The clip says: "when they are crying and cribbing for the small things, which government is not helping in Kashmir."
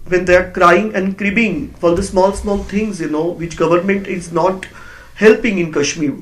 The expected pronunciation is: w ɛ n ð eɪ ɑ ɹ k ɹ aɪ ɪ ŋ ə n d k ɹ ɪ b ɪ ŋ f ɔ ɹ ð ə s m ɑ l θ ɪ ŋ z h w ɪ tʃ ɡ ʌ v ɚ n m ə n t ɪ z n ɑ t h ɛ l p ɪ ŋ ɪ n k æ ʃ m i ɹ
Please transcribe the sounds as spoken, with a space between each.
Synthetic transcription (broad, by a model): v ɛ n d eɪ ɑ ɹ k ɹ aɪ ɪ ŋ ə n d k ɹ ɪ b ɪ ŋ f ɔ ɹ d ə s m ɑ l s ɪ ŋ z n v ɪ tʃ ɡ ʌ v ɚ n m ə n t ɪ z n ɑ t h ɛ l p ɪ ŋ ɪ n k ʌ ʃ m i ɹ